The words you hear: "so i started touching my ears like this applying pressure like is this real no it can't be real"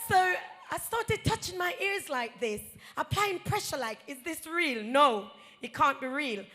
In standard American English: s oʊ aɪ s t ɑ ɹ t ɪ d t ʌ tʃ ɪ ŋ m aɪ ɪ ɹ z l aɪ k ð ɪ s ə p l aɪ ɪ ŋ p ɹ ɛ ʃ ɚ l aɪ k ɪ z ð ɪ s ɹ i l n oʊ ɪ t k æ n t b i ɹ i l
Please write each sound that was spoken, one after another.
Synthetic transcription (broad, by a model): s oʊ aɪ s t ɑ ɹ t ɪ d t ʌ tʃ ɪ ŋ m aɪ ɪ ɹ z l aɪ k ð ɪ s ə p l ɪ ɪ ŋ p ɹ ɛ ʃ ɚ l aɪ k ɪ z ð ɪ s ɹ i l n oʊ ɪ t k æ n b i ɹ i l